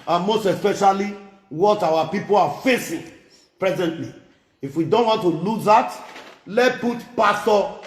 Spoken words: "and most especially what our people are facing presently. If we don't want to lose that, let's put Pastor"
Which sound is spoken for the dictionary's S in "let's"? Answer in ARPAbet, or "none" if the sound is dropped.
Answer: none